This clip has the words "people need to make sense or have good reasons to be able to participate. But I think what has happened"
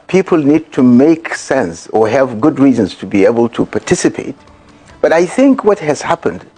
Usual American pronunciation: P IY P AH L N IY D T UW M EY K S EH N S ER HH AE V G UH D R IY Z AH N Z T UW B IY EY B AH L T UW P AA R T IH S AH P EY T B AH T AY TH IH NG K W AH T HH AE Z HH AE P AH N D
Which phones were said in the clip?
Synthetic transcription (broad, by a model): P IY P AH L N IY D T UW M EY K S EH N S ER HH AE V G UH D R IY Z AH N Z T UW B IY EY B AH L T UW P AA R T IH S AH P EY T B AH T AY TH IH NG K W AH T HH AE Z HH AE P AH N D